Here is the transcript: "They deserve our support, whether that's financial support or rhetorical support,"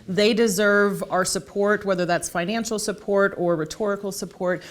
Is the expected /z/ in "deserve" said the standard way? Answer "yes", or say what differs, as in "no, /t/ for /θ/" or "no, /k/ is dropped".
yes